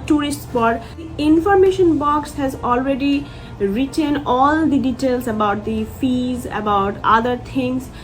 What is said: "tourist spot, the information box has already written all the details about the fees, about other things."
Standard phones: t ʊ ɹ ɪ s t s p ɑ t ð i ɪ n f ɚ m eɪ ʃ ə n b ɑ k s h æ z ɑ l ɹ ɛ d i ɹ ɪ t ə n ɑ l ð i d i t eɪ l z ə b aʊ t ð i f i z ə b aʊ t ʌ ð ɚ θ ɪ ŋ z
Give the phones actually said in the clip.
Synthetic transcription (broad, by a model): t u ɹ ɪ s t s b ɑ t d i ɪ n f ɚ m eɪ ʃ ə n b ɑ k s h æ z ɑ l ɹ ɛ d i ɹ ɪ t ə n ɑ l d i d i t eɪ l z ə b aʊ t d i f i z ə b aʊ t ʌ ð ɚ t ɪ ŋ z